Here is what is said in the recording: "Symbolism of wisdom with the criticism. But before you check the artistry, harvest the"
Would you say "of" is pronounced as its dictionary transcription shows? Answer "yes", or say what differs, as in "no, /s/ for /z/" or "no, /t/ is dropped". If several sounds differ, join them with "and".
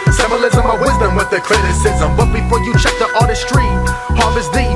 no, /w/ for /v/